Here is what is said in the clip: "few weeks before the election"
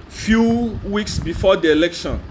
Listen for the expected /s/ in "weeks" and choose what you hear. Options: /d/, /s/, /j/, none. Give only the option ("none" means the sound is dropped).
/s/